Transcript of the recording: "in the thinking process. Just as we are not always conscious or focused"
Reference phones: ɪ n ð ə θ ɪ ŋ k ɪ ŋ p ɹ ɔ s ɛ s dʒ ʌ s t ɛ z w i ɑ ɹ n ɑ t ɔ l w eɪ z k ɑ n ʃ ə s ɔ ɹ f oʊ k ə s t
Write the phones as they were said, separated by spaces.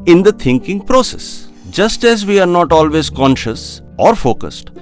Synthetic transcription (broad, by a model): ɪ n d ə t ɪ ŋ k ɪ ŋ p ɹ ɔ s ɛ s dʒ ʌ s t ɛ z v i ɑ ɹ n ɑ t ɔ l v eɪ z k ɑ n ʃ ə s ɔ ɹ f oʊ k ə s t